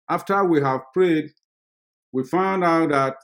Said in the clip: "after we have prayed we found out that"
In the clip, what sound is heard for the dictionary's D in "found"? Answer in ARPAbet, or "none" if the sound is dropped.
D